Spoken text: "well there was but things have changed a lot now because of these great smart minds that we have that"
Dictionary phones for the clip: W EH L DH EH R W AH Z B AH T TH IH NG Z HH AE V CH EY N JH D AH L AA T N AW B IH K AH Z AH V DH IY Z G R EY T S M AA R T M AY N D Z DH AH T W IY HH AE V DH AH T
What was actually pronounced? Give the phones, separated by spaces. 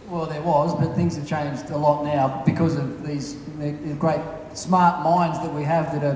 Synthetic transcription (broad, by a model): W EH L DH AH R W AH Z B AH T TH IH NG Z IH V CH EY N JH D AH L AA T N AW B IH K AH Z AH V DH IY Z G R EY T S M AA R T M AY N D Z DH AH T W IY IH V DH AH T